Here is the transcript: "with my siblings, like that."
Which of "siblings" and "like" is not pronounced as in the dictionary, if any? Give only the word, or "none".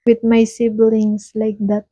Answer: siblings